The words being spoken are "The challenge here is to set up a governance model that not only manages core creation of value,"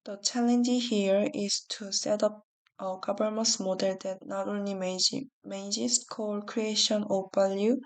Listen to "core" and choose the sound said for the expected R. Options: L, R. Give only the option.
L